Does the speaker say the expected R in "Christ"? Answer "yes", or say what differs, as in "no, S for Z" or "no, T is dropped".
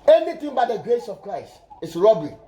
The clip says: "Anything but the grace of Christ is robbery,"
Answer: yes